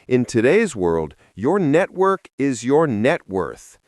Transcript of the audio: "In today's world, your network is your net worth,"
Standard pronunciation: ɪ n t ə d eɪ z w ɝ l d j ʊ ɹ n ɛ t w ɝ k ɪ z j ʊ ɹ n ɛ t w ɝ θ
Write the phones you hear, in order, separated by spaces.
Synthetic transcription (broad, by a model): ɪ n t ə d eɪ z w ɝ l d j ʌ ɹ n ɛ t w ɝ k ɪ z j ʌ ɹ n ɛ t w ɝ θ